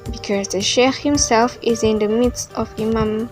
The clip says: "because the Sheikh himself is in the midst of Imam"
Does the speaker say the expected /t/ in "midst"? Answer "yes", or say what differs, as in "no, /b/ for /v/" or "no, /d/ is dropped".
yes